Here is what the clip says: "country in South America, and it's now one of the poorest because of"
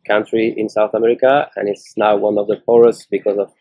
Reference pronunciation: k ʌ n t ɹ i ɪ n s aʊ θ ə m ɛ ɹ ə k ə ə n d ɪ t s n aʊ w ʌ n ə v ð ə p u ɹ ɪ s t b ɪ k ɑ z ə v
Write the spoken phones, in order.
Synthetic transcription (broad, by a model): k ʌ n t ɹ i ɪ n s aʊ θ ə m ɛ ɹ ə k ə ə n ɪ t s n aʊ w ʌ n ə v ð ə f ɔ ɹ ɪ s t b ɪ k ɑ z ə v